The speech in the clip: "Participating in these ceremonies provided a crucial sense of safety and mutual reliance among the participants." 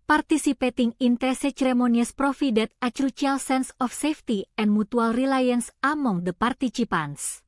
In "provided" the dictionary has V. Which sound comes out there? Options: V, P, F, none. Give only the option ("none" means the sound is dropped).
F